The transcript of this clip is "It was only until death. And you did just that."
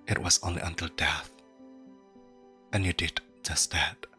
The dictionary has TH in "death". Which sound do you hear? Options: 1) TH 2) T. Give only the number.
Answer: 1